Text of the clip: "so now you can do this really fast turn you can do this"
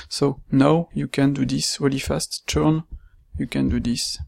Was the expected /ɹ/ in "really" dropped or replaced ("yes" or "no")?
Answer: yes